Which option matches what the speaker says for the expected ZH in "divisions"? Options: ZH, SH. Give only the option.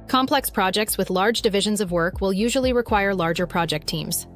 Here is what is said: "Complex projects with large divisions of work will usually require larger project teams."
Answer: ZH